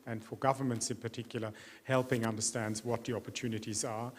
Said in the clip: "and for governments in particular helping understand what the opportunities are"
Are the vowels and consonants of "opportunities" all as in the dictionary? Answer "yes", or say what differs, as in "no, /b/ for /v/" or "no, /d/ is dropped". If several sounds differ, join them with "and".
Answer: yes